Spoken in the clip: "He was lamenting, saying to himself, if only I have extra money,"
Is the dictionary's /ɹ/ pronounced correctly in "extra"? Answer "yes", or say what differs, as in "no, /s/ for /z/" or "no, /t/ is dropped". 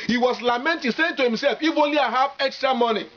yes